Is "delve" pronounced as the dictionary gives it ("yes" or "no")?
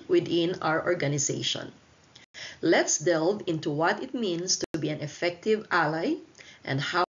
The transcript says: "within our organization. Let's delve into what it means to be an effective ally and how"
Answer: yes